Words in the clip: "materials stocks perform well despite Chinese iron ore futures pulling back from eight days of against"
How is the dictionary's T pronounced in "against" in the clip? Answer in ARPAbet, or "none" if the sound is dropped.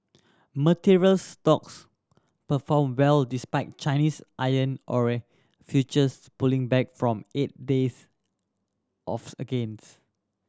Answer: none